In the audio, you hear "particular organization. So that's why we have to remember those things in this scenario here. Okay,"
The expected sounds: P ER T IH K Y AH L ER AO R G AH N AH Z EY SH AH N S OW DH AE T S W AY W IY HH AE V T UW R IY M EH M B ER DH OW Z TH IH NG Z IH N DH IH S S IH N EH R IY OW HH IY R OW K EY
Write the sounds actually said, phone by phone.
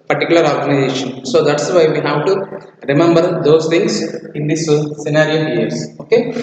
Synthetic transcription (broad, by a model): P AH T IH K Y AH L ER AO R G AH N AH Z EY SH AH N S OW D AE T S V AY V IY HH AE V T UW R IY M EH M B ER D OW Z T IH NG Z IH N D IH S S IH N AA R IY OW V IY R OW K EY